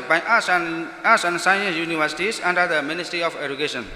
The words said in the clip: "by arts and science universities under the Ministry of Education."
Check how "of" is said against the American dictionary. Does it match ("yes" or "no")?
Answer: no